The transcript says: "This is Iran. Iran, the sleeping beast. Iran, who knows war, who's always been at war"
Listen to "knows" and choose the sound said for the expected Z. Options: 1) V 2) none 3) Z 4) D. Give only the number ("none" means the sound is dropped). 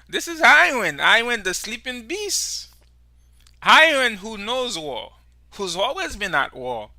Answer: 3